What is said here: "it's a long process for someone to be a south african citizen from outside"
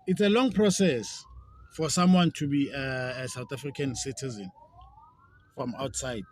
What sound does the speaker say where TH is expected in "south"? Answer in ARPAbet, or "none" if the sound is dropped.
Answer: T